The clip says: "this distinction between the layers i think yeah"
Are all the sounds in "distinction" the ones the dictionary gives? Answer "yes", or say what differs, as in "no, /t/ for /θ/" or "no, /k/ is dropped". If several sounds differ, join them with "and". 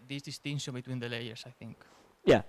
no, /k/ is dropped